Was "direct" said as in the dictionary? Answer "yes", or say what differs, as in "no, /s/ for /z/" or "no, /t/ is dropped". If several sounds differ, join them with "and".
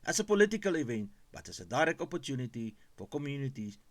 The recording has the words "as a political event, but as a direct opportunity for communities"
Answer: no, /t/ is dropped